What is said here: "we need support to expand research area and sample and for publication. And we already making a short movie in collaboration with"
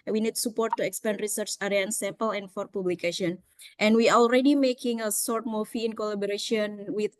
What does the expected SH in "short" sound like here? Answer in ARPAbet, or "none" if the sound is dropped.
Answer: S